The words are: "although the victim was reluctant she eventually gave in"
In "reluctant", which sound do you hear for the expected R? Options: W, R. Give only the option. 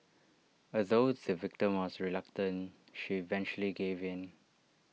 R